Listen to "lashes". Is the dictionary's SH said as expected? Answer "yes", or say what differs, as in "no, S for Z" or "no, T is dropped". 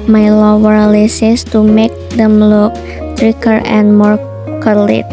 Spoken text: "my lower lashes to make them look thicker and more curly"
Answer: no, S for SH